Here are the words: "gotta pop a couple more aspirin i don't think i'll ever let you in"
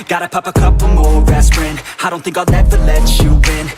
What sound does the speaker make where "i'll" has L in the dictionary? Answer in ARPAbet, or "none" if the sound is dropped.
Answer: N